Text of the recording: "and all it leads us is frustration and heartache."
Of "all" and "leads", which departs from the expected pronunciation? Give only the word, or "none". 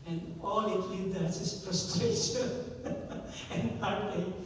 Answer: leads